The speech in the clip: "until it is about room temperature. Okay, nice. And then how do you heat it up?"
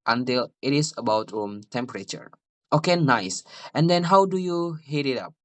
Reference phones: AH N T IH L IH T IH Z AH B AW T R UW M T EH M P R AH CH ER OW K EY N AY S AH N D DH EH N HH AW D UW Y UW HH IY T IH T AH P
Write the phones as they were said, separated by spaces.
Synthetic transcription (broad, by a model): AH N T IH L IH T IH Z AH B AW T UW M T EH M P R AH CH ER OW K EY N AY S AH N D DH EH N HH AW D UW Y UW HH IY T IH T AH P